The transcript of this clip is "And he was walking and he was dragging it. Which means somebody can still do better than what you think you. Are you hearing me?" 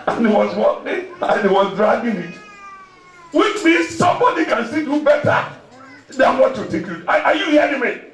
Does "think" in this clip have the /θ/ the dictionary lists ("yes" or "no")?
no